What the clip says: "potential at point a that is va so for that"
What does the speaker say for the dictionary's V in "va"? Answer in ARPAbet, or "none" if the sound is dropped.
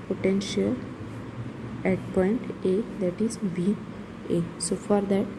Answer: B